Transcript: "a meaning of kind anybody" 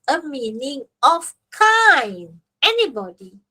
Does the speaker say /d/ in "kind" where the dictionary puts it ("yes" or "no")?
no